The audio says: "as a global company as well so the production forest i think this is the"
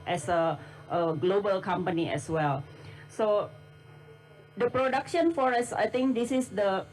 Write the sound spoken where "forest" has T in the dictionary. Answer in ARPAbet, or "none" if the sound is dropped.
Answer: none